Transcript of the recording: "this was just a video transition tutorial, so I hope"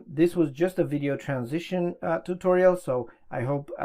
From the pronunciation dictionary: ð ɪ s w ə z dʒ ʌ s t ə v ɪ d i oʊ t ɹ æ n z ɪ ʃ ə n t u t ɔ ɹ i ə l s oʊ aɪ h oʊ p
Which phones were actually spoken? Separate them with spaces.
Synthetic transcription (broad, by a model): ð ɪ s w ə z dʒ ʌ s t ə v ɪ d i oʊ t ɹ æ n z ɪ ʃ ə n t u t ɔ ɹ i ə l s oʊ aɪ h oʊ p